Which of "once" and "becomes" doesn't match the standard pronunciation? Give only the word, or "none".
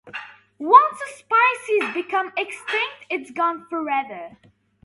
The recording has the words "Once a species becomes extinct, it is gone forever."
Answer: becomes